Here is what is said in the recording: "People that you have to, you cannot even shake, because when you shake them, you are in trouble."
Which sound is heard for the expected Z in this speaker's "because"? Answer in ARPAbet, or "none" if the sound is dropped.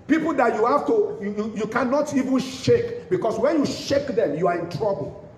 S